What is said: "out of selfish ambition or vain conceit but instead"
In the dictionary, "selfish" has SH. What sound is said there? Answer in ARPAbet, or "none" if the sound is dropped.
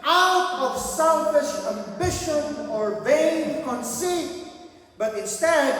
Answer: SH